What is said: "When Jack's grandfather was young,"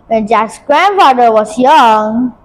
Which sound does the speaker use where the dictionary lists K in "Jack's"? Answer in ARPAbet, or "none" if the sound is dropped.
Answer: none